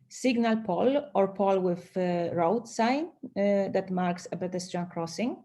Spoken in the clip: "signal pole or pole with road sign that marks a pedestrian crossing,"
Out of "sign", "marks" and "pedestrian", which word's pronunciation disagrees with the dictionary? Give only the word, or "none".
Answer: pedestrian